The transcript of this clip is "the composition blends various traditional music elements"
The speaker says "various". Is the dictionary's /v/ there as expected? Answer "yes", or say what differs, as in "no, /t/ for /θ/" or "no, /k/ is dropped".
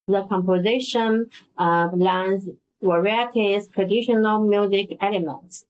no, /w/ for /v/